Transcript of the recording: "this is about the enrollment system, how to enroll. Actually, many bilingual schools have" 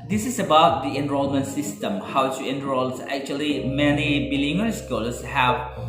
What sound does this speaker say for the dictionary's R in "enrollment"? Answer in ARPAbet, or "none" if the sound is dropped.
R